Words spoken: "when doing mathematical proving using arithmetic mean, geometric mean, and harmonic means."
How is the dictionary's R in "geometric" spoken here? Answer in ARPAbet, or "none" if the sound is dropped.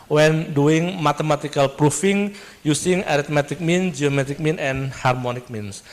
none